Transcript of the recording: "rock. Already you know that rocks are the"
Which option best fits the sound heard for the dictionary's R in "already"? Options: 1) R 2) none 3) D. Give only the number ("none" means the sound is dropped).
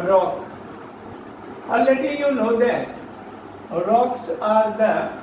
2